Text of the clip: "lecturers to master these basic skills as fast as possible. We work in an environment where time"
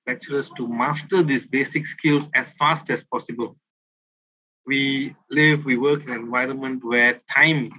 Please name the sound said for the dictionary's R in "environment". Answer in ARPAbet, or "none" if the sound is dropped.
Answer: R